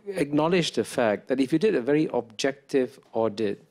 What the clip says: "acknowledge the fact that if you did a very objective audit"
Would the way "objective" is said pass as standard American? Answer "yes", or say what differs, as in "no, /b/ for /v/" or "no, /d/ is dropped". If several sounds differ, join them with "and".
yes